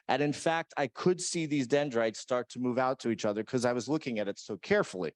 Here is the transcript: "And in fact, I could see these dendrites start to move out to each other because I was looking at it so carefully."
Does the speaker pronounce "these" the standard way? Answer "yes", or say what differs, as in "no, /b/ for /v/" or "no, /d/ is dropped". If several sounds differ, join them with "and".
yes